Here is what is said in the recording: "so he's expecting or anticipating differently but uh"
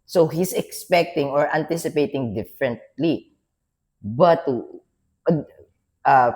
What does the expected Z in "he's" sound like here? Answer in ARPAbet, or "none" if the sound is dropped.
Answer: S